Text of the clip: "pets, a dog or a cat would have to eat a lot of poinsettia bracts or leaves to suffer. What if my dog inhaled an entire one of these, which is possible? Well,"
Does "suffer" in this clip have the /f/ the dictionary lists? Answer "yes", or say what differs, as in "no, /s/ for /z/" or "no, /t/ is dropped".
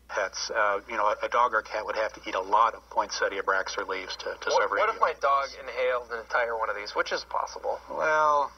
no, /f/ is dropped